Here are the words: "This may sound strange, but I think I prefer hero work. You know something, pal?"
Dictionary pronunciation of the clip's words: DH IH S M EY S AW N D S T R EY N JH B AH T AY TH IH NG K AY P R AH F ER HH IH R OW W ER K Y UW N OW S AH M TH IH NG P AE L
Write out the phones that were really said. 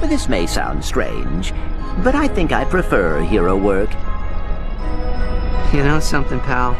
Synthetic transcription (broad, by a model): DH IH S M EY S AW N D S T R EY N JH B AH T AY TH IH NG K AY P R AH F ER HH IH R OW W ER K Y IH N OW S AH M TH IH NG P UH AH